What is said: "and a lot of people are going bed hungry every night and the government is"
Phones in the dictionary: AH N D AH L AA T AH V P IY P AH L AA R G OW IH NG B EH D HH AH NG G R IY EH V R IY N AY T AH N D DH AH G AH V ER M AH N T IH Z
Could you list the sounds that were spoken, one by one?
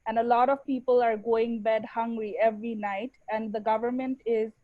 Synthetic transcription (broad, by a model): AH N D AH L AA T AH V P IY P AH L AA R G OW IH NG B EH D HH AH NG G R IY EH V R IY N AY T AH N D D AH G AH V ER M AH N T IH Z